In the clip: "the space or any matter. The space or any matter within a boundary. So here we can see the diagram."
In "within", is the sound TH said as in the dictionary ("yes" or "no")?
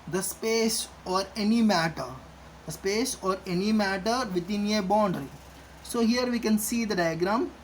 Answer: no